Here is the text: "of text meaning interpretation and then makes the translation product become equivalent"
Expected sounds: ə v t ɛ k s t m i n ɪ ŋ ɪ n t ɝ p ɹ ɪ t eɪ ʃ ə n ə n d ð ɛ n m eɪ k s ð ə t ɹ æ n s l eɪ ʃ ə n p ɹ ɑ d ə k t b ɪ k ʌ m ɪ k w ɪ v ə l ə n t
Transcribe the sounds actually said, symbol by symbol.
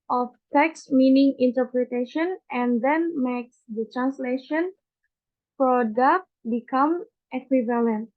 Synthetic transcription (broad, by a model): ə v t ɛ k s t m i n ɪ ŋ ɪ n t ɝ p ɹ ɪ t eɪ ʃ ə n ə n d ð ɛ n m eɪ k s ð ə t ɹ æ n s l eɪ ʃ ə n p ɹ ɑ d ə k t b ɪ k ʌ m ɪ k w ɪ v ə l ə n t